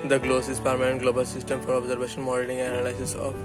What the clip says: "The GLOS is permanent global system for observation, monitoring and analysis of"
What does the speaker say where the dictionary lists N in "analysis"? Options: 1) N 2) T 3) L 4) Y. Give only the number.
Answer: 3